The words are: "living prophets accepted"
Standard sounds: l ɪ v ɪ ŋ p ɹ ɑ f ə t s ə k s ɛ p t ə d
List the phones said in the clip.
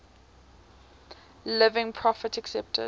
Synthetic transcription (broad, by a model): l ɪ v ɪ ŋ p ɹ ɑ f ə t ə k s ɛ p t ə